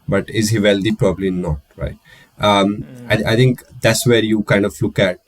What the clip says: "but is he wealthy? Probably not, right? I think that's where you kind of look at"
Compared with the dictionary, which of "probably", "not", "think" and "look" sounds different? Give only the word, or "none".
think